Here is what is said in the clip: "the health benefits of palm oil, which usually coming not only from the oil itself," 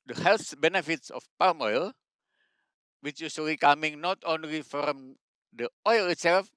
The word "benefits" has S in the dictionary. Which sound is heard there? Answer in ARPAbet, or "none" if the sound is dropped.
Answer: S